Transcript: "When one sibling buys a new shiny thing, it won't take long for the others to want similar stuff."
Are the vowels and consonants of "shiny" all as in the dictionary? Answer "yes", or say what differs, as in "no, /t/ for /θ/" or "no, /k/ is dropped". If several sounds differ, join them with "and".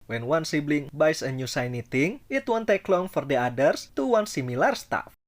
no, /s/ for /ʃ/